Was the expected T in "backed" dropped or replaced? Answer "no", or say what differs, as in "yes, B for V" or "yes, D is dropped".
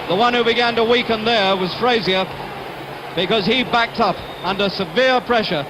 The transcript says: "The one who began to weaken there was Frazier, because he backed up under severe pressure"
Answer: no